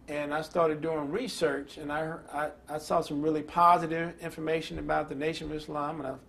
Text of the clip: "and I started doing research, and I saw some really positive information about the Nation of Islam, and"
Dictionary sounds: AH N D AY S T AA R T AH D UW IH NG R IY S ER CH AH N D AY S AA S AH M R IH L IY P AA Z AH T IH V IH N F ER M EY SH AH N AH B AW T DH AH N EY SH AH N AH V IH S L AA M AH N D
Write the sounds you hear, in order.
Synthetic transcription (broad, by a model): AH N AY S T AA R T AH D UW IH NG R IY S ER CH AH N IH AY S AA S AH M R IH L IY P AA Z AH T IH V IH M F ER M EY SH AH N AH B AW T DH AH N EY SH AH N AH V IH S L AA M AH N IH